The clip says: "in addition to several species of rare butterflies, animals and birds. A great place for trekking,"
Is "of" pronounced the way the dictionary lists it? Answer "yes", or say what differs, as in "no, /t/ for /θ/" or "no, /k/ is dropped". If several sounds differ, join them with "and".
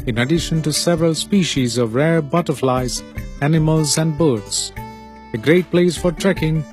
yes